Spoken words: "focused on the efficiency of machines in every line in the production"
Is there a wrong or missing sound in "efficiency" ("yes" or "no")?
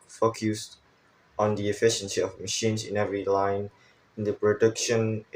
no